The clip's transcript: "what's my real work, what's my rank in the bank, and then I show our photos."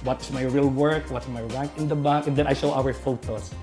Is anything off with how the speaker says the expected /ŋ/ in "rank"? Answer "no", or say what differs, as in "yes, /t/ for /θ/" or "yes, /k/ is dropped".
yes, /ŋ/ is dropped